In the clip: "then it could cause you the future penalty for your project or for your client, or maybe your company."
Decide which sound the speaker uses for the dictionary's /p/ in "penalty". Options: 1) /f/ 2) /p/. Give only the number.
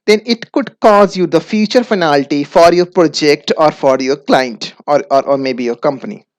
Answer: 1